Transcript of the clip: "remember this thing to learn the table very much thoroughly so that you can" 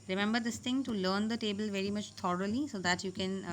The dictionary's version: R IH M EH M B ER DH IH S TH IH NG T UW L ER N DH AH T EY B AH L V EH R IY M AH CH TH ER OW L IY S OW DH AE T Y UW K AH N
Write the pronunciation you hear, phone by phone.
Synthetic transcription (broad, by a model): R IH M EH M B ER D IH S T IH NG T UW L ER N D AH T EY B AH L V EH R IY M AH CH T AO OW L IY S OW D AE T Y UW K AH N